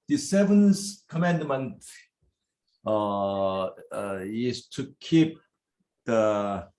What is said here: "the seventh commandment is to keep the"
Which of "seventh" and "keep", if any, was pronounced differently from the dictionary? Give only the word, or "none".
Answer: seventh